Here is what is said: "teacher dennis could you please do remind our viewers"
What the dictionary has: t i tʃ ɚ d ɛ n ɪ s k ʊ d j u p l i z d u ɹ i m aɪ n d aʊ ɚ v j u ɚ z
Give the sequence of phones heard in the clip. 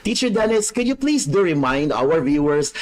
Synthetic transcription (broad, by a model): t i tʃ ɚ d ɛ n ɪ s k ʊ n j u p l i s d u ɹ i m aɪ n d aʊ ɚ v j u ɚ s